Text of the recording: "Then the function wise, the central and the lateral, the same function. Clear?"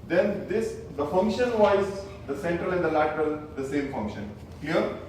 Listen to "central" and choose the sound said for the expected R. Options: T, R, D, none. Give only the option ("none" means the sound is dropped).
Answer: R